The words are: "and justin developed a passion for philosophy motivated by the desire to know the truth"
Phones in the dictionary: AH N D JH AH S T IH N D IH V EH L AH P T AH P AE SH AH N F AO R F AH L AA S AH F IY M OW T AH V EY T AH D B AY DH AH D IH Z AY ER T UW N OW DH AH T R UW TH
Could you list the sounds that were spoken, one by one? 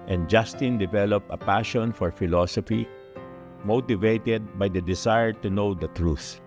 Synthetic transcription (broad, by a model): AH N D JH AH S T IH N D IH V EH L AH P AH P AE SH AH N F AO R F AH L AA S AH F IY M OW T AH V EY T AH D B AY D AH D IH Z AY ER T UW N OW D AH T R UW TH